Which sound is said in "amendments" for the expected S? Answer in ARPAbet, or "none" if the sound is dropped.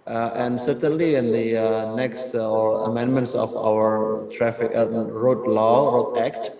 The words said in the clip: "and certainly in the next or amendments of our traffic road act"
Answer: S